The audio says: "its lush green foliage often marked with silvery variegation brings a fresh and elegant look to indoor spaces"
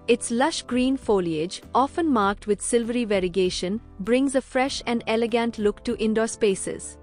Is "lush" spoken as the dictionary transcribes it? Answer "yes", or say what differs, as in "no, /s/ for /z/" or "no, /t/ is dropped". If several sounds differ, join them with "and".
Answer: yes